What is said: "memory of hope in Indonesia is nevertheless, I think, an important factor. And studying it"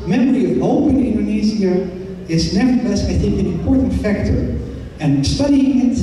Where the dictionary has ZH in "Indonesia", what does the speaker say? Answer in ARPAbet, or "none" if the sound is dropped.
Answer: Z